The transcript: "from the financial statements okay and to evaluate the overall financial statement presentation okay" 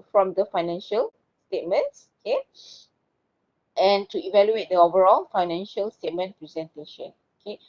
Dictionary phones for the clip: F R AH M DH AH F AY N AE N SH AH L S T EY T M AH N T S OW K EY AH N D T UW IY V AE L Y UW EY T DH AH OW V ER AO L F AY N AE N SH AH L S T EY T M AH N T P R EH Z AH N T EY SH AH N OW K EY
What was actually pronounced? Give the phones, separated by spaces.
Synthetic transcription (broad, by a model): F R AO M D AH F AY N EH N SH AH L S T EY T M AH N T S OW K EY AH N T UW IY V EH L Y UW EY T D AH OW V ER AO L F AY N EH N SH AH L S T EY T M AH N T P R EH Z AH N T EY SH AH N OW K EY